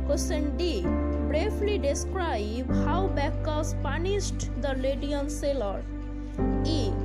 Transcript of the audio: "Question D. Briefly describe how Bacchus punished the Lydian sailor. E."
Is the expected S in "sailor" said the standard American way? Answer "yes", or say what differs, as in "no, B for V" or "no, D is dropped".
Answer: yes